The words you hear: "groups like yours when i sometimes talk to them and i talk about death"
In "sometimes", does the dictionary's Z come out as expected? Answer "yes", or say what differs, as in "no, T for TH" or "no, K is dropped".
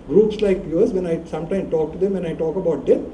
no, Z is dropped